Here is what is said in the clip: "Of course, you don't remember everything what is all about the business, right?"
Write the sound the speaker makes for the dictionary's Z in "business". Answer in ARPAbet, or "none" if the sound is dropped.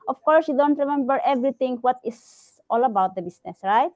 S